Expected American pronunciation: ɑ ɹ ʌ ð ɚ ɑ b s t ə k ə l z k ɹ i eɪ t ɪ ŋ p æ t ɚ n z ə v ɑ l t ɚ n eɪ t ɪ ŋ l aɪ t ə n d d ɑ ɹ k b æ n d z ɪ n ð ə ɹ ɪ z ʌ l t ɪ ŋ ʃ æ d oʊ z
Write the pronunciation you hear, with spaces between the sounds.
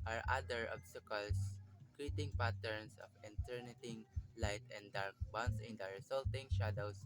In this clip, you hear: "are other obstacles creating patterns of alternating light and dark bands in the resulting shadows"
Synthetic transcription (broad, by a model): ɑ ɹ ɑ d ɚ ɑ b s t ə k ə l s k ɹ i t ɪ ŋ p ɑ t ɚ n s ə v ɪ n t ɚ n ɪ t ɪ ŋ l aɪ t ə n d d ɑ ɹ k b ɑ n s ɪ n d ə ɹ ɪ s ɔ l t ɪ ŋ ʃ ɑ d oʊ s